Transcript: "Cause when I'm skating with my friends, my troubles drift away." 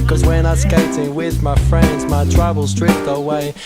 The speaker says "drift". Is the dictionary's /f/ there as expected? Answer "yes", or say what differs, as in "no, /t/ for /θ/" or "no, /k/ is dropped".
no, /p/ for /f/